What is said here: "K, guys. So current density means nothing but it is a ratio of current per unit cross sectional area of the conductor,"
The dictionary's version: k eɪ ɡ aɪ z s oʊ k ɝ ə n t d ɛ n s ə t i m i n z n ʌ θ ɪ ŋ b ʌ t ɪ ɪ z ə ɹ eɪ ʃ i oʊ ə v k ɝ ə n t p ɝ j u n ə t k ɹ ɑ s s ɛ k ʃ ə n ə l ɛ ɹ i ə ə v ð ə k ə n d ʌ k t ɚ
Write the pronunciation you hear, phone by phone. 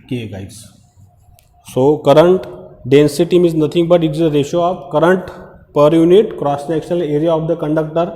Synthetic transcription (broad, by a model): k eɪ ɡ aɪ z s oʊ k ɝ ə n t d ɛ n s ə t i m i z n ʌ t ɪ ŋ b ʌ t ɪ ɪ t ə ɹ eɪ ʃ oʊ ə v k ɝ ə n t p ɝ j u n ə t k ɹ ɑ s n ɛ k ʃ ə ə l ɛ ɹ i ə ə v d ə k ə n d ʌ k t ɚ